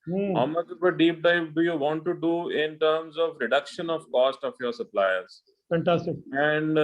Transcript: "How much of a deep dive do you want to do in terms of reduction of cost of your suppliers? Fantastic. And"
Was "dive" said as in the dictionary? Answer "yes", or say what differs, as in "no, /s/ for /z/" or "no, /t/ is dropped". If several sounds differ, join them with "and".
no, /p/ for /v/